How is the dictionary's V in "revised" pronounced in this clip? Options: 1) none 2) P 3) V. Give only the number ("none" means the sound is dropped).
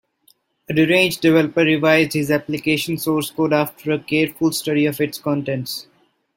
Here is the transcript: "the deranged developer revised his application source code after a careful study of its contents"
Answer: 3